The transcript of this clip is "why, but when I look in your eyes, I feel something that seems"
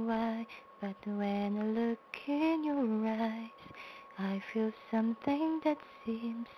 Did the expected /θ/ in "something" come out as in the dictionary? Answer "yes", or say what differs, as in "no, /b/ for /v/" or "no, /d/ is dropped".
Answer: yes